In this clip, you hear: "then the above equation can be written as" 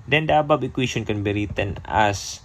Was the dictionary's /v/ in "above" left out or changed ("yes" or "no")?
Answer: yes